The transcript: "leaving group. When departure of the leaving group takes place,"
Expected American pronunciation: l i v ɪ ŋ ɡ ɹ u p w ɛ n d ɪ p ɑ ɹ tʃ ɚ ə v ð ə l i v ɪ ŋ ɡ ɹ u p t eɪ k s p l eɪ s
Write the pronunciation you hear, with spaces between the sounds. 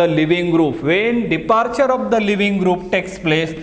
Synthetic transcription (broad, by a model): l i v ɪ ŋ ɡ ɹ u p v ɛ n d ɪ p ɑ ɹ tʃ ɚ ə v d ə l i v ɪ ŋ ɡ ɹ u p t eɪ k s p l eɪ s